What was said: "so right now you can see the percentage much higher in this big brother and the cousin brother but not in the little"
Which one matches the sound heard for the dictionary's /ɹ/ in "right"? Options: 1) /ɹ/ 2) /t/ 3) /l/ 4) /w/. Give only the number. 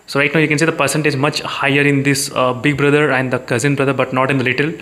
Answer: 3